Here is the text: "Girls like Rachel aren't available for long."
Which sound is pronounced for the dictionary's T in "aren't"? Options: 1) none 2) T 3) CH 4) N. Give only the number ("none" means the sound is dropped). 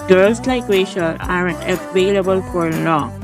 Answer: 1